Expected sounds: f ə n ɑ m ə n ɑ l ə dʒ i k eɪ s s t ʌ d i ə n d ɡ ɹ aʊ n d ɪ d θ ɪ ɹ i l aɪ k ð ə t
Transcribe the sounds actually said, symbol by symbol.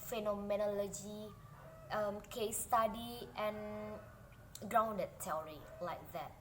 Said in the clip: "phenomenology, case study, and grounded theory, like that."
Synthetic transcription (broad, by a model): f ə n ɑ m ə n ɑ l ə dʒ i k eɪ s s t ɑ d i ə n ɡ ɹ aʊ n d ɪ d t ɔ ɹ i l aɪ k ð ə t